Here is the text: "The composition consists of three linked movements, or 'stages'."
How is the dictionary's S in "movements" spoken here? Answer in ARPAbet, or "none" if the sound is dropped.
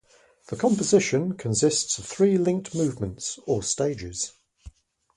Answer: S